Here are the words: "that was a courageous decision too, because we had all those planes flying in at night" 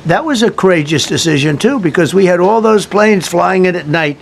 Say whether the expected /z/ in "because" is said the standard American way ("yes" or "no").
yes